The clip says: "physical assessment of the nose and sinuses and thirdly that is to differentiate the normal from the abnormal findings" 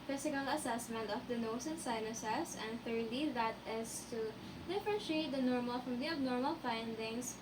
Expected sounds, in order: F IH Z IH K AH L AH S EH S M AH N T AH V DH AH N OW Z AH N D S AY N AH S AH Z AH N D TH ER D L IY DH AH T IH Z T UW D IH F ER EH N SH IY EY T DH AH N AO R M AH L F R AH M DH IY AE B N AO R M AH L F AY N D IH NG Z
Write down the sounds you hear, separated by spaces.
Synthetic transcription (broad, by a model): F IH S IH K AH L AH S EH S M AH N T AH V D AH N OW S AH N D S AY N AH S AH S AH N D TH ER D L IY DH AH T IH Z T UW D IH F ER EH N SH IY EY T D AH N AO R M AH L F R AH M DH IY AE B N AO R M AH L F AY N D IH NG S